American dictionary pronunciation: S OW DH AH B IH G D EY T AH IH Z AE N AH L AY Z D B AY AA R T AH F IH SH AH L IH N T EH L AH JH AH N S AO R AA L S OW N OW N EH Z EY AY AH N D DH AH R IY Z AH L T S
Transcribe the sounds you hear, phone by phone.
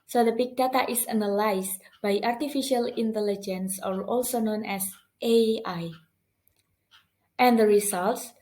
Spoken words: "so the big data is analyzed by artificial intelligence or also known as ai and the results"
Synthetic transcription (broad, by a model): S OW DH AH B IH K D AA T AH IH S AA N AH L AY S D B AY AA R T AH F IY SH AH L IH N T EH L AH JH AH N S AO R AA L S OW N OW N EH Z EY AY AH N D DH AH R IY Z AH L T S